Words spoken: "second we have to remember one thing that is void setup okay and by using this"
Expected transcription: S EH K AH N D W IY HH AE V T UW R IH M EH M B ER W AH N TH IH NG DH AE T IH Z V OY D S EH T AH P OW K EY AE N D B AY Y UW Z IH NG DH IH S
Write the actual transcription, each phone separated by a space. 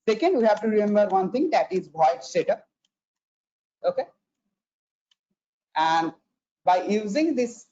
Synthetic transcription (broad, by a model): S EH K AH N D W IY HH AE V T UW R IH M EH M B ER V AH N T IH NG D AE T IH Z B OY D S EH T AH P OW K EY AE N D B AY Y UW Z IH NG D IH S